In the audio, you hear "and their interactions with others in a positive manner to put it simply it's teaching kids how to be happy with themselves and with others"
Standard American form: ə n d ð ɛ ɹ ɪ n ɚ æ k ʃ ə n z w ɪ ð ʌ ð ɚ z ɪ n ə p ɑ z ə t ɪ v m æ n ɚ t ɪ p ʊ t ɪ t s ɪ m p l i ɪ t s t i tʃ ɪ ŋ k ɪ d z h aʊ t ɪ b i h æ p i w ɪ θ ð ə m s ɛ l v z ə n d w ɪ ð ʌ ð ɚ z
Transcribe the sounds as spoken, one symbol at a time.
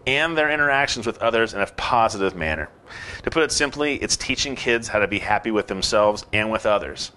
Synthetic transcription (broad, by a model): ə n ð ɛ ɹ ɪ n ɚ æ k ʃ n z w ɪ ð ʌ ð ɚ z ɪ n ə p ɑ z ə t ɪ v m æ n ɚ t ɪ p ʊ t ɪ t s ɪ m p l i ɪ t s t i tʃ ɪ ŋ k ɪ d z h aʊ t ɪ b i h æ p i w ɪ ð ə m s ɛ l v z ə n w ɪ ð ʌ ð ɚ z